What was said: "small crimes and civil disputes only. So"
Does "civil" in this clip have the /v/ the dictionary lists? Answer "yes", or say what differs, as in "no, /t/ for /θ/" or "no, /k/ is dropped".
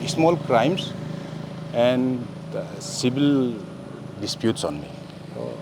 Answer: no, /b/ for /v/